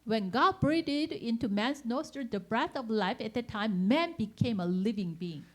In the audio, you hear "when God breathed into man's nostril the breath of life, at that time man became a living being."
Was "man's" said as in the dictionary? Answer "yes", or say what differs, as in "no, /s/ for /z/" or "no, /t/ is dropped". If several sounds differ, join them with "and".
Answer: no, /s/ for /z/